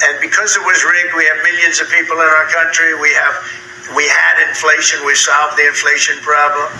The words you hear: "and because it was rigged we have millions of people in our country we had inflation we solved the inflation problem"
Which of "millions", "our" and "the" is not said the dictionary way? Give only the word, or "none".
none